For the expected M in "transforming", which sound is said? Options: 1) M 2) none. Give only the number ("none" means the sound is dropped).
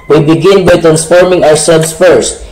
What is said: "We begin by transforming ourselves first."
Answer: 1